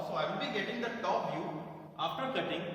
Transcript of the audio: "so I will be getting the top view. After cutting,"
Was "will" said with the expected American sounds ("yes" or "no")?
no